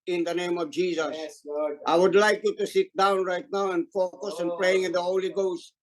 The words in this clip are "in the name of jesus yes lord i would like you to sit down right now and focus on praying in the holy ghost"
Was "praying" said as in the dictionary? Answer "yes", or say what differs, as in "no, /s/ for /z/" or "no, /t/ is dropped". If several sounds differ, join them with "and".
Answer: yes